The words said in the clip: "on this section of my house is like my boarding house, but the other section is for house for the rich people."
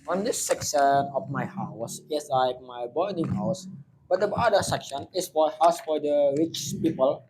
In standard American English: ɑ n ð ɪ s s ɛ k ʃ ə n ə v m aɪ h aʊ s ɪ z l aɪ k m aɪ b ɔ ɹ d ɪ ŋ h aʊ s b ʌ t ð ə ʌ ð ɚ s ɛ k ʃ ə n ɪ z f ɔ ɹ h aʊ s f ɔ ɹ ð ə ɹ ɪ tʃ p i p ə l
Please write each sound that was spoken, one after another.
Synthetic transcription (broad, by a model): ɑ n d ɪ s s ɛ k ʃ ə n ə f m aɪ h aʊ s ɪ s l aɪ k m aɪ b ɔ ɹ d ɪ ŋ h aʊ s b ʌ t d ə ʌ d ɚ s ɛ k ʃ ə n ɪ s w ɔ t h aʊ s f ɔ ɹ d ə ɹ ɪ tʃ p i p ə l